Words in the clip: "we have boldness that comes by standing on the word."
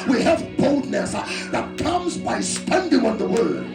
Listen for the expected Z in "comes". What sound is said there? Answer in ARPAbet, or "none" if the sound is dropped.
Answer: Z